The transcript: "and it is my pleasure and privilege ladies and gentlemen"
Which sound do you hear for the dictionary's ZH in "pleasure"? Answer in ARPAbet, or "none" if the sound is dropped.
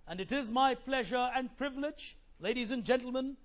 ZH